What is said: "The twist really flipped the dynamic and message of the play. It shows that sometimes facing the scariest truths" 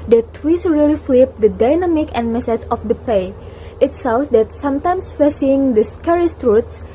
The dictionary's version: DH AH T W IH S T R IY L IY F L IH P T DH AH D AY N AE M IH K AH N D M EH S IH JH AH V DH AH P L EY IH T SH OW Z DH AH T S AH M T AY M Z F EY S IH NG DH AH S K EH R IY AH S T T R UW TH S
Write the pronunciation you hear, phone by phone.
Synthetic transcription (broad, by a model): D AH T W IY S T R IY L IY F L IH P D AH D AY N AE M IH K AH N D M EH S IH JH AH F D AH P L EY IH T S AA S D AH T S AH M T AY M S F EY S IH NG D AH S K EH R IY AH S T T R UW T S